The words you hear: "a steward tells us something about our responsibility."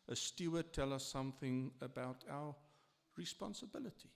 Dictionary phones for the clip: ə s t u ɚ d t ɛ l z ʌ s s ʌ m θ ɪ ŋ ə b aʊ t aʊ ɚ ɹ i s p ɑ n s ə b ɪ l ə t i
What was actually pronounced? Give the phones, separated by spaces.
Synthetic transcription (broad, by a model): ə s t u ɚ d t ɛ l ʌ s s ʌ m θ ɪ ŋ ə b aʊ t aʊ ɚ ɹ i s p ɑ n s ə b ɪ l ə t i